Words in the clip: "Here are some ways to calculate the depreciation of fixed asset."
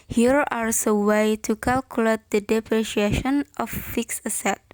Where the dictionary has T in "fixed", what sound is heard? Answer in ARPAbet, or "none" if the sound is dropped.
none